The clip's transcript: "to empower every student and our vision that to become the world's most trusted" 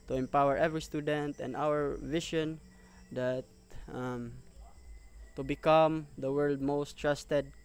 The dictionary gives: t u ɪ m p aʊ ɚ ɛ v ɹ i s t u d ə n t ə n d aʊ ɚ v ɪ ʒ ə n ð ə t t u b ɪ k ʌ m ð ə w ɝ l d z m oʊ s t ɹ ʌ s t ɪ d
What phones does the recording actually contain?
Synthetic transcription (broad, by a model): t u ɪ m p aʊ ɚ ɛ v ɹ i s t u d ə n t ə n d aʊ ɚ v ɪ ʃ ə n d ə t t u b ɪ k ʌ m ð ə w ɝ l d m oʊ s t ɹ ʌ s t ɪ d